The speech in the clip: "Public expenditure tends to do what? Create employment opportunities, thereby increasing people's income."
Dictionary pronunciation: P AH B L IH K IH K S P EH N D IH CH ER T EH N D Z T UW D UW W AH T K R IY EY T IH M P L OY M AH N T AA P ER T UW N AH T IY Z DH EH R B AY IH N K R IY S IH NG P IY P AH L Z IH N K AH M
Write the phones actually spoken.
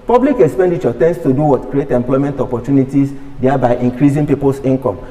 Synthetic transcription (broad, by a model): P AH B L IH K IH K S P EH N D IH CH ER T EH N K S T UW D UW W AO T K R IY EY T IH M P L OY M AH N T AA P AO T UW N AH T IY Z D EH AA B AY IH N K R IY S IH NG P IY P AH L S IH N K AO M